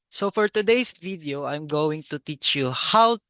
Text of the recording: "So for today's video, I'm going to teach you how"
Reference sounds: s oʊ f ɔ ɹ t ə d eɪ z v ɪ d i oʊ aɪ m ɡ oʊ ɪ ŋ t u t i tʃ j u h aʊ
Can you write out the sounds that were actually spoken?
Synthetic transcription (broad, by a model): s oʊ f ɔ ɹ t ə d eɪ s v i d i oʊ aɪ m ɡ oʊ ɪ ŋ t u t i tʃ j u h aʊ